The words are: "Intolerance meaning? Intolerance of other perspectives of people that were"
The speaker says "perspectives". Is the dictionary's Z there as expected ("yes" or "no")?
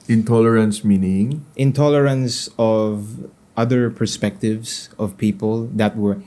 no